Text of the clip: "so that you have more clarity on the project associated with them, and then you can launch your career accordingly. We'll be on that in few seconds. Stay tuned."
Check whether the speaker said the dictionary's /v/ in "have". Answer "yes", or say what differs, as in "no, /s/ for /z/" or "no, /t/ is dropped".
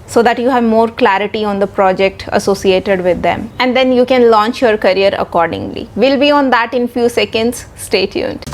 yes